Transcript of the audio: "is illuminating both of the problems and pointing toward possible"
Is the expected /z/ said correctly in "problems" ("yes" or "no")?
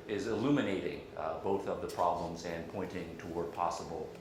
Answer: yes